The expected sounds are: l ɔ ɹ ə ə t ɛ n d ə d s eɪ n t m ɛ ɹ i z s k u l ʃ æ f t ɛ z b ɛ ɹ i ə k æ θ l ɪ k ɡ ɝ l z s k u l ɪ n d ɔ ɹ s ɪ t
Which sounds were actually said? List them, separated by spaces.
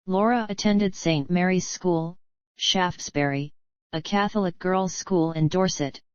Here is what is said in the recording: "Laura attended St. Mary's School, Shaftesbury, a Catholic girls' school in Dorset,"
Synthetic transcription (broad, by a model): l ɔ ɹ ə ə t ɛ n d ə d s eɪ n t m ɛ ɹ i z s k u l ʃ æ f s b ɛ ɹ i ə k æ θ l ɪ k ɡ ɝ l z s k u l ɪ n d ɔ ɹ s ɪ t